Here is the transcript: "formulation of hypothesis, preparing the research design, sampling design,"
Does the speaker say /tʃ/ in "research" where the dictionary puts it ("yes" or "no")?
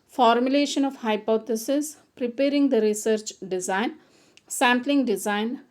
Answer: yes